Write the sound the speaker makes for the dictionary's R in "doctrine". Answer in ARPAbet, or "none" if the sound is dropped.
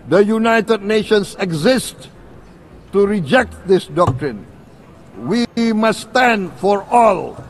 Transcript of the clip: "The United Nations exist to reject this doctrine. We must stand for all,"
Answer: R